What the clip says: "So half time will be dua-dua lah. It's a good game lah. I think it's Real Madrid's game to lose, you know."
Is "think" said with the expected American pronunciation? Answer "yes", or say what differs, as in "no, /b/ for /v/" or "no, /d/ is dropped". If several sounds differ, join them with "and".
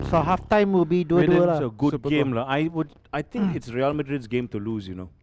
no, /t/ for /θ/